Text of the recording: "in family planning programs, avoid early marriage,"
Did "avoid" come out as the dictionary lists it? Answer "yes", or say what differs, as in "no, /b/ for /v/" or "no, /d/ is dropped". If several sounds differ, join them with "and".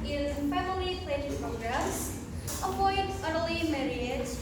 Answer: no, /p/ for /v/